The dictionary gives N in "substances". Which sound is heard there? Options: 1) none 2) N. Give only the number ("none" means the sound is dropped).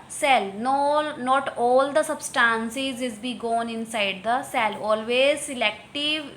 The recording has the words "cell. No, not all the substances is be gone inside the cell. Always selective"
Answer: 2